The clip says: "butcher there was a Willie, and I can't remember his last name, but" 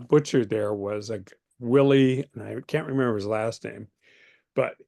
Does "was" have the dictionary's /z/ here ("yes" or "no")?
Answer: yes